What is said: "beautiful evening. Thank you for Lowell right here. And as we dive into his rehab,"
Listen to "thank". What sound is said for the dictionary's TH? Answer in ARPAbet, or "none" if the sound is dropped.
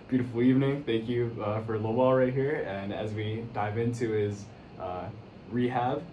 TH